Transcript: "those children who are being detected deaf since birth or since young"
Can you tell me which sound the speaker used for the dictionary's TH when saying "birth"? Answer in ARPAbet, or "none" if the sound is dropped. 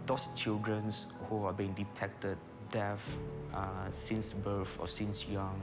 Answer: F